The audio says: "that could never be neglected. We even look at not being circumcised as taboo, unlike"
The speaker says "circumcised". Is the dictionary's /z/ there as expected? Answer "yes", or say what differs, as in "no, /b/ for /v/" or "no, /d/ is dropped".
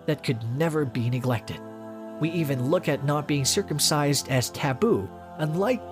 yes